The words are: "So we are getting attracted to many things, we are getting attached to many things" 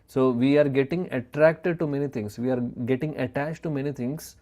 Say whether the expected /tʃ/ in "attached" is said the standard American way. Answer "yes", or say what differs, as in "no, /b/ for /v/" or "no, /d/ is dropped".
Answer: yes